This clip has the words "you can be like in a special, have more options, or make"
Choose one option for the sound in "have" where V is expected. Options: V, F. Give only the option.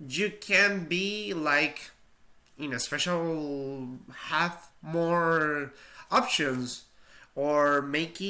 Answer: F